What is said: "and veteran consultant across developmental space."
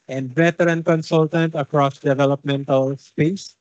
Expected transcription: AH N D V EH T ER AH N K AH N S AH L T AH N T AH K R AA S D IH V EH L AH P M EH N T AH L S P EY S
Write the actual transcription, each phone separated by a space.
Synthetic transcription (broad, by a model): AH N D B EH T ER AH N K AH N S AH L T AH N T AH K R AA S D IH V EH L AH P M EH N T AH L S P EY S